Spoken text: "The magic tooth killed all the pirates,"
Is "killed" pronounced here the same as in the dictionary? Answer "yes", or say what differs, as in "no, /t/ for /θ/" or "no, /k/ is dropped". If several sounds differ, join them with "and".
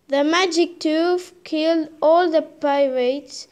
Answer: yes